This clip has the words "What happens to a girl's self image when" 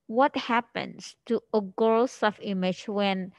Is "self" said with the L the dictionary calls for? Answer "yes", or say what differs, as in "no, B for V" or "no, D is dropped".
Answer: no, L is dropped